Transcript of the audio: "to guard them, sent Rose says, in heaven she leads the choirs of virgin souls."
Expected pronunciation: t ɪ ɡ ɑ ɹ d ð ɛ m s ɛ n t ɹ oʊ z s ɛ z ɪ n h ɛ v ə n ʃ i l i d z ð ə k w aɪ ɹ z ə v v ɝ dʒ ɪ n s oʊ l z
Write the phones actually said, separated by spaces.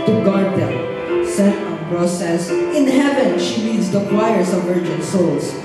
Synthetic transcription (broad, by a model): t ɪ ɡ ɑ ɹ d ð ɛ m s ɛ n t ɹ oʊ s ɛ s ɪ n h ɛ v ə n ʃ i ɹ i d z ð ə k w aɪ ɹ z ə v v ɝ dʒ ɪ n s oʊ l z